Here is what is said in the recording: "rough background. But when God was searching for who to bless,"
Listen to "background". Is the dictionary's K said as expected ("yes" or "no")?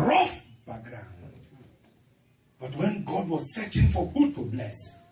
no